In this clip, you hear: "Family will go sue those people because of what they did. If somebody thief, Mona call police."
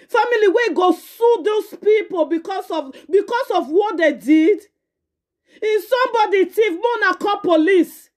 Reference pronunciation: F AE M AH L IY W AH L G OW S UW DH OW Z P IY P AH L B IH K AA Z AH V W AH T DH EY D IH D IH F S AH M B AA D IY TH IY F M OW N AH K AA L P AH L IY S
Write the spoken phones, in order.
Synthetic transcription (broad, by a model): F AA M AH L IY W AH G OW S UW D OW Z P IY P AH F B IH K AA S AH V W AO T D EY D IH D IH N S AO M B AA D IY T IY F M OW N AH K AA P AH L IY S